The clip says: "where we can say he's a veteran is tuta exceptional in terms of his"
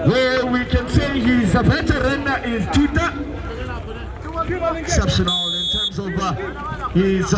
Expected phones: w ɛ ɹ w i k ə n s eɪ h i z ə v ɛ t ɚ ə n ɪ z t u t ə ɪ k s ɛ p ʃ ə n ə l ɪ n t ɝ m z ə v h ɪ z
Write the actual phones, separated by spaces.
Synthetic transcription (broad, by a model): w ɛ w i k ə n s eɪ h i z ə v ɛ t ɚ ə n ɪ z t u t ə ɪ k s ɛ p ʃ ə n ə l ɪ n t ɝ m z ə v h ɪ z